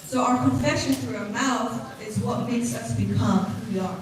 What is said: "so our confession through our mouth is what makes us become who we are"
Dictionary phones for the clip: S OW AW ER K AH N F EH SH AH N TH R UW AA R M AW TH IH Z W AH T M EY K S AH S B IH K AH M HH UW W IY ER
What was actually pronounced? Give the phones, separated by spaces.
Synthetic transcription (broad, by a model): S OW AW ER K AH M F EH SH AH N TH R UW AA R M AW TH IH Z W AH T M EY K S AH S B IH K AH M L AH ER